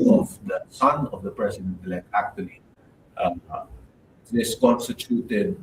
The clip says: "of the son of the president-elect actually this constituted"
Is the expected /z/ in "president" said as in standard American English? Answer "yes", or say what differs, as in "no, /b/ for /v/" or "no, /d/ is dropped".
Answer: no, /s/ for /z/